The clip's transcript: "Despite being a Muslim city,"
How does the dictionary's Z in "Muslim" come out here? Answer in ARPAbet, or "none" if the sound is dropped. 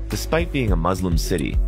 Z